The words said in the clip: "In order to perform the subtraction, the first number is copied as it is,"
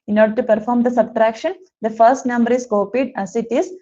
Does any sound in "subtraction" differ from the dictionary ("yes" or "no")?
no